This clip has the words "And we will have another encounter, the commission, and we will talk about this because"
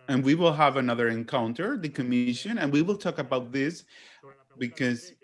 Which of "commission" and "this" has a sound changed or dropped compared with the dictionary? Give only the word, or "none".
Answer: none